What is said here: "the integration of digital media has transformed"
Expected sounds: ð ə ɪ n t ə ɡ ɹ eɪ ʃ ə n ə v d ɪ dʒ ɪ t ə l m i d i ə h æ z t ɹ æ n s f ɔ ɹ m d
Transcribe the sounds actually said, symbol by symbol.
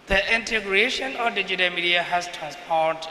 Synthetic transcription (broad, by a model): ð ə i n t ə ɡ ɹ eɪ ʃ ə n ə f d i dʒ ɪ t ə l m i d i ə h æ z t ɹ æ n s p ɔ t